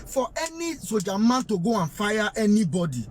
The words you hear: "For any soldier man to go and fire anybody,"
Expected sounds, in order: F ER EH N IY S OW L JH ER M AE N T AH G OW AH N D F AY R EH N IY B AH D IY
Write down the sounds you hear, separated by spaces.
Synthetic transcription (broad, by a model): F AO EH N IY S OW JH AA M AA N T AH G OW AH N F AY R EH N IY B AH D IY